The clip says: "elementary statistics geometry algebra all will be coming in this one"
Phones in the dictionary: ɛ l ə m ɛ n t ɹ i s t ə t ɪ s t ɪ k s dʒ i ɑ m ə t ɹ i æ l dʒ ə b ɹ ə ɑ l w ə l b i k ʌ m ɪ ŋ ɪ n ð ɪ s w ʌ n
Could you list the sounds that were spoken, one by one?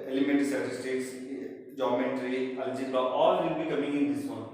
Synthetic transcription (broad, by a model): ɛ l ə m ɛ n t s t ə t ɪ s t ɪ k s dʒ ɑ m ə t ɹ i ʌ l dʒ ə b ə ɑ l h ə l b i k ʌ m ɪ ŋ ɪ n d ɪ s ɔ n